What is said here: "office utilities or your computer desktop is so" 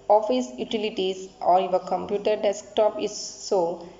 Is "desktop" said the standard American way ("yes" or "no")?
yes